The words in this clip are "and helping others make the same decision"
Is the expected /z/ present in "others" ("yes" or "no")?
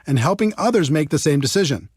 yes